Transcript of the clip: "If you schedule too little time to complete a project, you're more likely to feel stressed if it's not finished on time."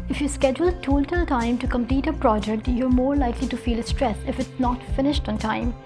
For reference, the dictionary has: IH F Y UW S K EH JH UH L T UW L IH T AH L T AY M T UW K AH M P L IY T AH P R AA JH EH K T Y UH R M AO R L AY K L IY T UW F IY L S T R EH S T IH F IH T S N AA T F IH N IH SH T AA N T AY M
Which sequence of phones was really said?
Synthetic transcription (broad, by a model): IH F Y UW S K EH JH UH L T UW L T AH L T AY M T UW K AH M P L IY T AH P R AA JH EH K T Y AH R M AO R L AY K L IY T UW F IY L S T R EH S IH F IH T S N AA T F IH N IH SH T AA N T AY M